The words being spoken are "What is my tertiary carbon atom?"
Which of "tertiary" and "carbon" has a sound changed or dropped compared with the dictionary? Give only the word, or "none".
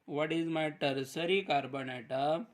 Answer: tertiary